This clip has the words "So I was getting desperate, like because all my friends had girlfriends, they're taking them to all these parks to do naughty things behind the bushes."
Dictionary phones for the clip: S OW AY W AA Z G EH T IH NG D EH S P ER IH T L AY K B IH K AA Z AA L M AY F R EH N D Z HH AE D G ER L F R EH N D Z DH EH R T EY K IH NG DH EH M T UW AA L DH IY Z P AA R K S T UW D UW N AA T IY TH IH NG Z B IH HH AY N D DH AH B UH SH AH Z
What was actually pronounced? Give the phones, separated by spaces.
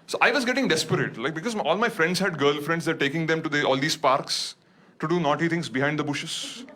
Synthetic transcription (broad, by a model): S OW AY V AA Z G EH T IH NG D EH S P ER IH T L AY K B IH K AA Z AA L M AY F R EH N D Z HH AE D G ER L F R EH N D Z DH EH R T EY K IH NG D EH M T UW AA L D IY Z P AA R K S T UW D UW N AA T IY T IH NG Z B IH HH AY N D AH B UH SH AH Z